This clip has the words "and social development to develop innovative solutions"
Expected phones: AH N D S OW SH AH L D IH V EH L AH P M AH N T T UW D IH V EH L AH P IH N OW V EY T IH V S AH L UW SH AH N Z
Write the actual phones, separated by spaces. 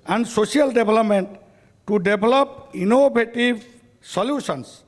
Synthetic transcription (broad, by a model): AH N D S OW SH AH L D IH B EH L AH P M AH N T T UW D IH B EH L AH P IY N OW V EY T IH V S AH L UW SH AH N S